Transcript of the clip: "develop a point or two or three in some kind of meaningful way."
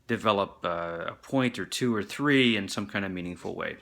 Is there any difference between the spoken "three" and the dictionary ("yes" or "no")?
no